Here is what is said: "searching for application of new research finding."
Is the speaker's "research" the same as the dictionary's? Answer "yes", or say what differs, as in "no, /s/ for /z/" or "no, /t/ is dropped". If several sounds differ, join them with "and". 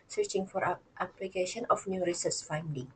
no, /s/ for /tʃ/